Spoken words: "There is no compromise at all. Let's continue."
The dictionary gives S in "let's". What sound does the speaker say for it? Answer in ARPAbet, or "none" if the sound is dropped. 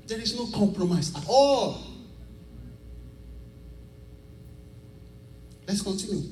S